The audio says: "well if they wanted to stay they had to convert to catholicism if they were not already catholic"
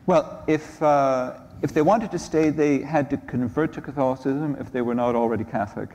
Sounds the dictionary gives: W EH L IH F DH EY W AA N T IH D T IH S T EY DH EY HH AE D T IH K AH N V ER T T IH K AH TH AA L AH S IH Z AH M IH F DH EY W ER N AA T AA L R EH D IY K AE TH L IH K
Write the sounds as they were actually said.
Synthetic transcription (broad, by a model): W EH L IH F DH EY W AA N T IH D T IH S T EY DH EY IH D T IH K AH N V ER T T IH K AH TH AA L AH S IH Z AH M IH F DH EY W ER N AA T L R EH D IY K AE TH L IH K